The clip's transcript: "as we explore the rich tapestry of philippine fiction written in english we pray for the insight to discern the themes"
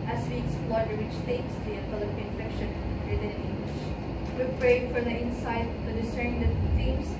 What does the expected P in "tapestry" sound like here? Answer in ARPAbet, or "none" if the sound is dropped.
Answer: none